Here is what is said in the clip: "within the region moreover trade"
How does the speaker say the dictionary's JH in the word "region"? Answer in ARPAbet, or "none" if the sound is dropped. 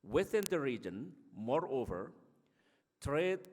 JH